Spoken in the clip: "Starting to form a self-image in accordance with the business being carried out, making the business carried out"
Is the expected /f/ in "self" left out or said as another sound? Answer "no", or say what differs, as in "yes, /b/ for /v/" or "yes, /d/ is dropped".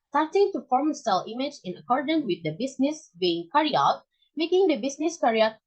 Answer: yes, /f/ is dropped